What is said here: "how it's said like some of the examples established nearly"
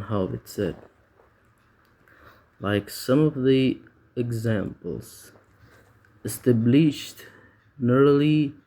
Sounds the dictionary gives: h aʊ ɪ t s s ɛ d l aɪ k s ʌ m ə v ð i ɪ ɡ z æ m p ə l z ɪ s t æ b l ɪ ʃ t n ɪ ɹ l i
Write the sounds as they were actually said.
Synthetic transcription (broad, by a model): h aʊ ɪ t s s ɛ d l aɪ k s ʌ m ə v ð i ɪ ɡ z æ m p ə l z ɪ s t æ b l ɪ ʃ t n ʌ ɹ l i